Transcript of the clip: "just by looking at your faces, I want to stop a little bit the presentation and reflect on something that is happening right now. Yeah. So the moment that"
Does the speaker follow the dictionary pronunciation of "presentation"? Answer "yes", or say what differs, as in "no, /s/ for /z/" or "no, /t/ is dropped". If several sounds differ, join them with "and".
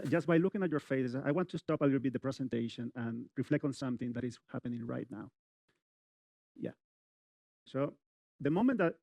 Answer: no, /s/ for /z/